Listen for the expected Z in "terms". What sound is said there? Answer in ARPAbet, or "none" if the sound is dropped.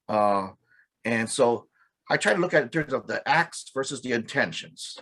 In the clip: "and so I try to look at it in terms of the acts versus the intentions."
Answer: Z